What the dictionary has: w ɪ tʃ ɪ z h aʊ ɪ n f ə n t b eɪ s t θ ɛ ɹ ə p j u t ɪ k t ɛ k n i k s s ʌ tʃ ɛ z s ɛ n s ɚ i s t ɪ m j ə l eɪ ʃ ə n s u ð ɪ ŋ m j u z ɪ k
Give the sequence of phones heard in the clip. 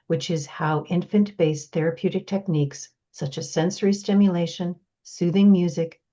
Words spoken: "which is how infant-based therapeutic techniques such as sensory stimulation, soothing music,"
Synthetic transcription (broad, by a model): w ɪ tʃ ɪ z h aʊ ɪ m f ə n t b eɪ s θ ɛ ɹ ə p j u t ɪ k t ɛ k n i k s s ʌ tʃ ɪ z s ɛ n s ɚ i s t ɪ m j ə l eɪ ʃ ə n s u ð ɪ ŋ m j u z ɪ k